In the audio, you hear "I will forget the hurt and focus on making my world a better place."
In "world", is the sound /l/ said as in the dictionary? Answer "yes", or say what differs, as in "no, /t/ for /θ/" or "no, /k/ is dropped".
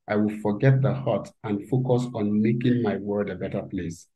no, /l/ is dropped